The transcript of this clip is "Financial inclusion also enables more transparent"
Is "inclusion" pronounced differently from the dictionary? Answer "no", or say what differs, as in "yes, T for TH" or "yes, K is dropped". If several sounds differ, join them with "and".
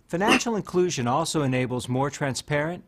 no